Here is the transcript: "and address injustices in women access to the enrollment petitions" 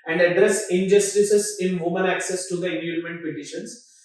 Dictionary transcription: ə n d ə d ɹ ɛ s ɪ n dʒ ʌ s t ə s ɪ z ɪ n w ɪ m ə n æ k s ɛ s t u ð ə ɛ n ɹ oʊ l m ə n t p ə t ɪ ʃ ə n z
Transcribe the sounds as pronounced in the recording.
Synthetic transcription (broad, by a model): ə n d ə d ɹ ɛ s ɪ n dʒ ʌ s t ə s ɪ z ɪ n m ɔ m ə l æ k s ɛ s t u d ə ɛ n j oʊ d m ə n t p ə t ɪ ʃ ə n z